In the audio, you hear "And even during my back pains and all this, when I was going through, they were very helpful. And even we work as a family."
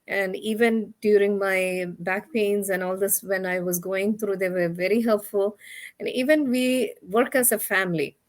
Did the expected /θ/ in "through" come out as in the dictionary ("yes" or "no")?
no